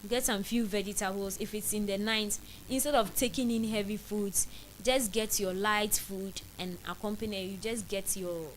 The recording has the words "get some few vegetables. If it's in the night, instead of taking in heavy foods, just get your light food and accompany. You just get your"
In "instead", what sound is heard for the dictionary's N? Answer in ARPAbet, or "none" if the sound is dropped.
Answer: N